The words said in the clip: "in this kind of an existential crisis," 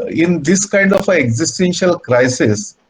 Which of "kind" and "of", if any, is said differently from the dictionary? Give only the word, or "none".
of